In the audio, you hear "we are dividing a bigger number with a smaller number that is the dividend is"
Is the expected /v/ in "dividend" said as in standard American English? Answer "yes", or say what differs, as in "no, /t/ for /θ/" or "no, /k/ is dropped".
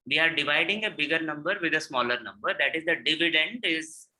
yes